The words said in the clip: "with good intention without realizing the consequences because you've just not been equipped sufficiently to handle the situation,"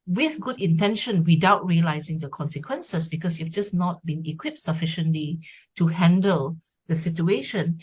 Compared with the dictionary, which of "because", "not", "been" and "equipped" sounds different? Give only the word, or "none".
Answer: because